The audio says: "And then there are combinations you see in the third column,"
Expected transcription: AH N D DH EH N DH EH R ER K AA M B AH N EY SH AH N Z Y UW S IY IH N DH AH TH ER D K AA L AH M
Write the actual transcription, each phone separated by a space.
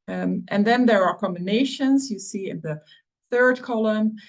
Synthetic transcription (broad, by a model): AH N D DH EH N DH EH R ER K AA M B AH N EY SH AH N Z Y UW S IY IH N DH AH TH ER D K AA L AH M